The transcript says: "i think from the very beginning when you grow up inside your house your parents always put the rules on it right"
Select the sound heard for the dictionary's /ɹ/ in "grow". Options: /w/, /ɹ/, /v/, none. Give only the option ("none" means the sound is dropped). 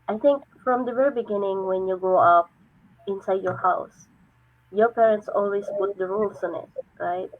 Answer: none